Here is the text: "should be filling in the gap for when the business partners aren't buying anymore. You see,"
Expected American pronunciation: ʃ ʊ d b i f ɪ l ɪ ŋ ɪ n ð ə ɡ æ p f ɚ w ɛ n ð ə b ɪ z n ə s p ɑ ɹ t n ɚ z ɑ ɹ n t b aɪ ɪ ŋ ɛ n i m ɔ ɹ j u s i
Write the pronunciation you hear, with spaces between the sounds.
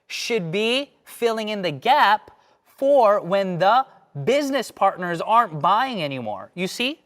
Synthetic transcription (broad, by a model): ʃ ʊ d b i f ɪ l ɪ ŋ ɪ n ð ə ɡ æ p f ɚ w ɛ n ð ə b ɪ z n ə s p ɑ ɹ t n ɚ z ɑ ɹ n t b aɪ ɪ ŋ ɛ n i m ɔ ɹ j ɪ s i